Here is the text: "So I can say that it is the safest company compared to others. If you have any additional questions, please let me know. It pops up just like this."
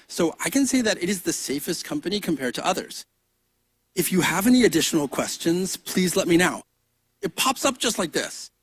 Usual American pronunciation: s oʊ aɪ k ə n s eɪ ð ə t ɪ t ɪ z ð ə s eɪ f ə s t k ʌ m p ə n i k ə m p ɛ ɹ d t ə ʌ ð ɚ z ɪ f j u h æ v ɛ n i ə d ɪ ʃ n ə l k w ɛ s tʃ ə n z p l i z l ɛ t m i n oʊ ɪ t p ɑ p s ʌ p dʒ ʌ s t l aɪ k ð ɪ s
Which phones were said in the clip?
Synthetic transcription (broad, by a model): s oʊ aɪ k ə n s eɪ ð ə t ɪ t ɪ z ð ə s eɪ f ə s t k ʌ m p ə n i k ə m p ɛ ɹ d t ə ʌ ð ɚ z ɪ f j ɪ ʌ v ɛ n i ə d ɪ ʃ n l k w ɛ s tʃ ə n z p l i z l ɛ t m i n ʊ ɪ t p ɑ p s ʌ p ʒ ʌ s t l aɪ k ð ɪ s